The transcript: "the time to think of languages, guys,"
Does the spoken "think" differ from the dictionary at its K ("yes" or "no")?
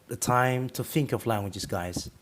no